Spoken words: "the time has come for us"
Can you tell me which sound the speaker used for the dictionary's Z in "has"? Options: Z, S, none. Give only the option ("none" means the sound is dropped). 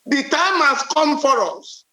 S